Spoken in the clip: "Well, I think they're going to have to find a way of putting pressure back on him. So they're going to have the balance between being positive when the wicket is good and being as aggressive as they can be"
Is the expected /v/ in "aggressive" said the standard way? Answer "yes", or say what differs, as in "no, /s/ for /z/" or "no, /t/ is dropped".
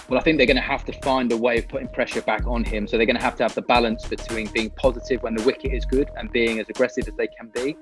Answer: yes